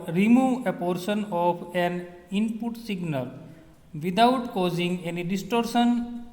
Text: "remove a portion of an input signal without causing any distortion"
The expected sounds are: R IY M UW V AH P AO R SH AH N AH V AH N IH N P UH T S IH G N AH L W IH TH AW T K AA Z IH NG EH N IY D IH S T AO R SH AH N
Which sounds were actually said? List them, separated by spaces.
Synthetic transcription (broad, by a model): R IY M UW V AH P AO R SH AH N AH P AH N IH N P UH T S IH G N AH L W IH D AW T K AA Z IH NG EH N IY D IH S T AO R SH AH N